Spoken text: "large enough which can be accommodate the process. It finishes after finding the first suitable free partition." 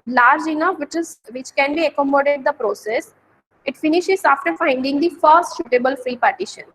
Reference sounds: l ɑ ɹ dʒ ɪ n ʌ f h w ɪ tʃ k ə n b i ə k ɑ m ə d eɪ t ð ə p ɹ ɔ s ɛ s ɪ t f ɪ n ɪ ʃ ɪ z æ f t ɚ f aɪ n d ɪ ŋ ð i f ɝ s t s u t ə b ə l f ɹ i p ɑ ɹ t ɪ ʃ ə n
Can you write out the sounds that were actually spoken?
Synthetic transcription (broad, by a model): l ɑ ɹ dʒ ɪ n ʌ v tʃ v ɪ tʃ k ə n b i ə k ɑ m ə d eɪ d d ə p ɹ ɔ s ɛ s ɪ t f ɪ n ɪ ʃ ɪ z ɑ f t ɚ f aɪ n d ɪ ŋ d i f ɝ s t ʃ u t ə b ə l f ɹ i p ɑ ɹ t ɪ ʃ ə n